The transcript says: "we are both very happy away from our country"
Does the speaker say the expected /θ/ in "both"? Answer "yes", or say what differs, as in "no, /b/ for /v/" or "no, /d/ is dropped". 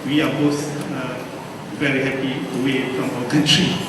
no, /s/ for /θ/